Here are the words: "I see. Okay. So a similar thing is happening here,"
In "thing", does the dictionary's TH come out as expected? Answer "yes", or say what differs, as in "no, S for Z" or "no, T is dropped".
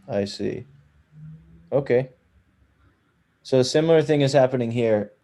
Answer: yes